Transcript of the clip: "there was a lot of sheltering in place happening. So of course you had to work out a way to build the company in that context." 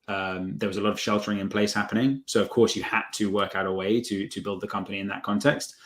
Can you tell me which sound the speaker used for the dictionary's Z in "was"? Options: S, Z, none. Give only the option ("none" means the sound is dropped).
Z